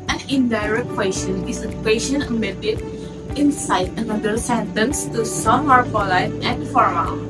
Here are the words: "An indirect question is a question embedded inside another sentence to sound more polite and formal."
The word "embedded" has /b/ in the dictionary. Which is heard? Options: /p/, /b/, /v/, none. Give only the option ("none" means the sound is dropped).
none